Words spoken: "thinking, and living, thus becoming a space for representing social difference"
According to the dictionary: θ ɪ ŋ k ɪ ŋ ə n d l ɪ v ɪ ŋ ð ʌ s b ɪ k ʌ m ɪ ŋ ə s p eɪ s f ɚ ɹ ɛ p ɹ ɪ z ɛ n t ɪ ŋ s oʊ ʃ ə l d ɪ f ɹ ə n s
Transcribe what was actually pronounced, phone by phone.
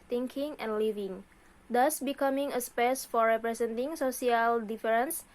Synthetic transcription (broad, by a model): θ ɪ ŋ k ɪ ŋ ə n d l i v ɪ ŋ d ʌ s b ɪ k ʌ m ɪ ŋ ə s p eɪ s f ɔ ɹ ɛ p ɹ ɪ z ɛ n t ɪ ŋ s oʊ s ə l d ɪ f ɹ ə n s